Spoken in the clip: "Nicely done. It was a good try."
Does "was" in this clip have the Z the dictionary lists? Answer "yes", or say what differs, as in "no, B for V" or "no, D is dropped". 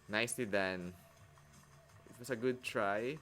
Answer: no, S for Z